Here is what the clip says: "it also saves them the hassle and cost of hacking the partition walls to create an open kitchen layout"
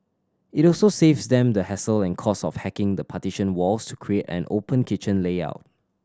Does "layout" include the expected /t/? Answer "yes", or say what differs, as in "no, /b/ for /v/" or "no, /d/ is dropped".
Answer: yes